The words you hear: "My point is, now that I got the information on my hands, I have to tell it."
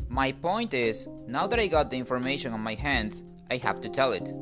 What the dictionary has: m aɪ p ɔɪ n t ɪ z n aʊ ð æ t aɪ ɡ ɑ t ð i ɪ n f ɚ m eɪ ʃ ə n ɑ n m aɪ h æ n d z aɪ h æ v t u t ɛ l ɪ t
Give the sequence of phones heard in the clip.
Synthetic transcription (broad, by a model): m aɪ p ɔɪ n t ɪ z n aʊ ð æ t aɪ ɡ ɑ t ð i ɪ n f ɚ m eɪ ʃ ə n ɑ n m aɪ h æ n d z aɪ h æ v t u t ɛ l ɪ t